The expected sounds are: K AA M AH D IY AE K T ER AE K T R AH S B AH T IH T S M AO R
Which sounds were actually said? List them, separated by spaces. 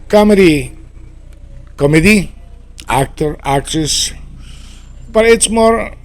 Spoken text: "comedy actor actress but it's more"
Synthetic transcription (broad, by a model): K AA M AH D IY AE K T ER AE K T R AH S B AH T IH T S M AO R